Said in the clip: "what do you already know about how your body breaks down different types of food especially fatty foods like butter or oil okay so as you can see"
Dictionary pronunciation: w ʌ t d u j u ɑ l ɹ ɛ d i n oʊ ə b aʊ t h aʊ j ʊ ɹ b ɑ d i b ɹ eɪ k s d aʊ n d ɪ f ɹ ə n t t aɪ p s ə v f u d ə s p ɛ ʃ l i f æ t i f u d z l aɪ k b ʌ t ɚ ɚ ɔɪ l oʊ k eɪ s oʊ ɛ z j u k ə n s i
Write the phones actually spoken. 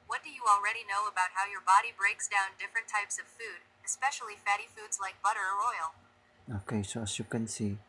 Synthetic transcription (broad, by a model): w ʌ t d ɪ j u ɑ l ɹ ɛ d i n oʊ ə b aʊ t h aʊ j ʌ ɹ b ɑ d i b ɹ eɪ k s d aʊ n d ɪ f ɹ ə n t t aɪ p s ə v f u d ə s p ɛ ʃ l i f æ t i f u d z l aɪ k b ʌ t ɚ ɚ ɔɪ l oʊ k eɪ s oʊ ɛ s j u k ə n s i